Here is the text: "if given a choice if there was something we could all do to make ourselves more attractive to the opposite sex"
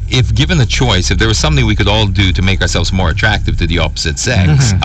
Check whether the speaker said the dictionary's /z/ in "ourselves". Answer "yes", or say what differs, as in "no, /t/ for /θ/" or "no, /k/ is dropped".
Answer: yes